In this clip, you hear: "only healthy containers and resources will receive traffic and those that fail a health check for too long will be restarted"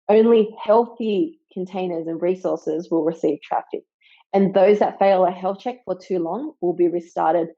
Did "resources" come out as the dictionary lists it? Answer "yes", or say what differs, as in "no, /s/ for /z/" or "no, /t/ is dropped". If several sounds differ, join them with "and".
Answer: yes